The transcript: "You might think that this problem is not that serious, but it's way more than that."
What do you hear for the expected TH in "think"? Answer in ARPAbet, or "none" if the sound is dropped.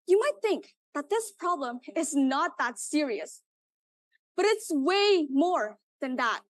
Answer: TH